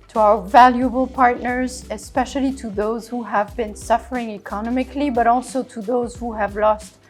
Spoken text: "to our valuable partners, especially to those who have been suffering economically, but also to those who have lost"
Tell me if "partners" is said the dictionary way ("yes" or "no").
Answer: yes